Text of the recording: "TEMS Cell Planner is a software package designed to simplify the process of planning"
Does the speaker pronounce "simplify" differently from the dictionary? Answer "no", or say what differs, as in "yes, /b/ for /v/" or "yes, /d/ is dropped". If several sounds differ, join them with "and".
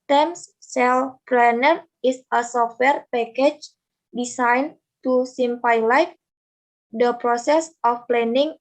yes, /l/ is dropped